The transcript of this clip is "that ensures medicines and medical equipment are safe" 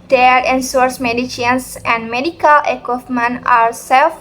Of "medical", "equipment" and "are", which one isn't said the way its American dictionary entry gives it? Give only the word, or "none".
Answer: equipment